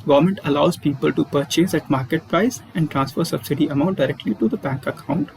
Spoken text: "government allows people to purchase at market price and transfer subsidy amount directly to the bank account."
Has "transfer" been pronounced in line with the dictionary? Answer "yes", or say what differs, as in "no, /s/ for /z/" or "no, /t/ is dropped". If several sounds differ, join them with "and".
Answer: yes